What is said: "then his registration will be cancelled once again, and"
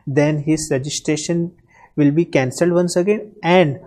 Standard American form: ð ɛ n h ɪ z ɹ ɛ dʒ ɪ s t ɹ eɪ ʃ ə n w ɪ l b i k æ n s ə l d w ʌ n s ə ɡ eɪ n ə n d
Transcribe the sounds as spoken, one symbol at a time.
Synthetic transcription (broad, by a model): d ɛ n h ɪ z ɹ ɛ dʒ ɪ s t ɹ eɪ ʃ ə n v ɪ l b i k æ n s ə l d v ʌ n s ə ɡ eɪ n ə n d